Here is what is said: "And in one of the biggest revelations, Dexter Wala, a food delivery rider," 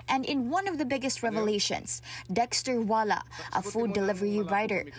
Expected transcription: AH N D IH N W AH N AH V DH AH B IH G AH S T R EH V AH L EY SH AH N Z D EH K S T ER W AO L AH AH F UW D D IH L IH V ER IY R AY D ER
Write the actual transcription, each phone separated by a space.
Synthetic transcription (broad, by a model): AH N D IH N W AH N AH V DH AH B IH G AH S T R EH V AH L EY SH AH N S D EH K S T ER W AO L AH AH F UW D D IH L IH V ER IY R AY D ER